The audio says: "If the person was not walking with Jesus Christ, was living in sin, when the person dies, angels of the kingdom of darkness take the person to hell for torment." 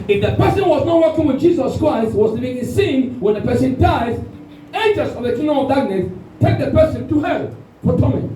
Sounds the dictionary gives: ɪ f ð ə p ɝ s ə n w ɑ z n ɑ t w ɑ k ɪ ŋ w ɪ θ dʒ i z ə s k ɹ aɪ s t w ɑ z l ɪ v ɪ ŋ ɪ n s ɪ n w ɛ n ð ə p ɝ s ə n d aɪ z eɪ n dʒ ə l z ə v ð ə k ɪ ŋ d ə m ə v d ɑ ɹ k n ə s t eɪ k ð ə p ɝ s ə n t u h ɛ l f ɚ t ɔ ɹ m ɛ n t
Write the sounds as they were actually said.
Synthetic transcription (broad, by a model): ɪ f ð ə p ɝ s ə n w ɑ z n ɑ t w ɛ k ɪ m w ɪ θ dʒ i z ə s k ɹ aɪ s t w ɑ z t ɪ b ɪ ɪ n s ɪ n w ɛ n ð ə p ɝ s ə n d aɪ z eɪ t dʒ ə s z ə v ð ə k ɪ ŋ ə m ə d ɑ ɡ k n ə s t eɪ k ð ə p ɝ s ə n t u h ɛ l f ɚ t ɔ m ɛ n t